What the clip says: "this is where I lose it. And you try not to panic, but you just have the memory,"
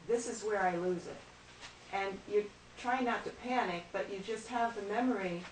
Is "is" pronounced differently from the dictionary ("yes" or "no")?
no